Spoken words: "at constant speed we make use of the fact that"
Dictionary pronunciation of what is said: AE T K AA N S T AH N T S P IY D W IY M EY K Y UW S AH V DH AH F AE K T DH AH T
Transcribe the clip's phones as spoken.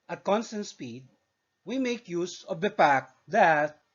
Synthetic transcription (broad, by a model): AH T K AA N S T AH N T S P IY D W IY M EY K Y UW S AH V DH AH P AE K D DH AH T